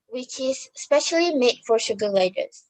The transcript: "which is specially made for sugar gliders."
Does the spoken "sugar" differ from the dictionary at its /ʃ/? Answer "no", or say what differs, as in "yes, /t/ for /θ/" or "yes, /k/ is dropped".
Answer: no